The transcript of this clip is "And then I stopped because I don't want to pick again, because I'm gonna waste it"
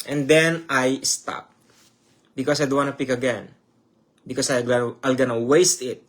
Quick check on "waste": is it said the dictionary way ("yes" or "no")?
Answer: yes